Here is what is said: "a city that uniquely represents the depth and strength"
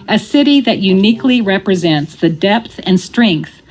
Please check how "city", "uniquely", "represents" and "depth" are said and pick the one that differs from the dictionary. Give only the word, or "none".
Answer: none